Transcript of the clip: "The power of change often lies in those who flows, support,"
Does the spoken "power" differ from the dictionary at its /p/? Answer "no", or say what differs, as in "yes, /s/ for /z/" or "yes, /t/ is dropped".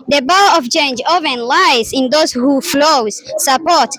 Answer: yes, /b/ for /p/